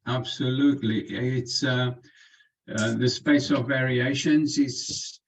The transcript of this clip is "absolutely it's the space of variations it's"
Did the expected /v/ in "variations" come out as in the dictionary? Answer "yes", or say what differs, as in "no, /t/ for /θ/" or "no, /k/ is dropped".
yes